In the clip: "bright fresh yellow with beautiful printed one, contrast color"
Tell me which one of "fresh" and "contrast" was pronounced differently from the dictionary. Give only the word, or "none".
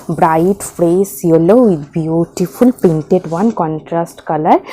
fresh